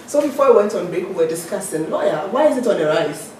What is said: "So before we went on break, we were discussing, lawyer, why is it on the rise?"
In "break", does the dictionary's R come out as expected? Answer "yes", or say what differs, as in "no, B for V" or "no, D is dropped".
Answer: no, R is dropped